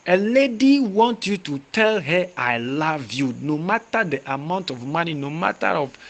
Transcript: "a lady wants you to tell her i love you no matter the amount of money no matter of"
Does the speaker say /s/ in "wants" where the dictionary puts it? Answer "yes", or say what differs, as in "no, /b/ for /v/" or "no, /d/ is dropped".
no, /s/ is dropped